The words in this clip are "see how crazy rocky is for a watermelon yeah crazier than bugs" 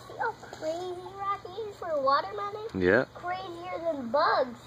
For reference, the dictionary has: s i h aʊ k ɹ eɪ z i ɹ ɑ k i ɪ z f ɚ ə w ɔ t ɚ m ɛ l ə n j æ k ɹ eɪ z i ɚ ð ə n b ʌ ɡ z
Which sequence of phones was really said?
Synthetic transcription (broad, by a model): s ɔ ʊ k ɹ eɪ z i ɹ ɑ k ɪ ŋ f ɚ w ɔ t ɚ m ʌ n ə j æ k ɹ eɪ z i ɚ ð ə n b ʌ ɡ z